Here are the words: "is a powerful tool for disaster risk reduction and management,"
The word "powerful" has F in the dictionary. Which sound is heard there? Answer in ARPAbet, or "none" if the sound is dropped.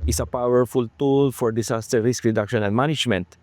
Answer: F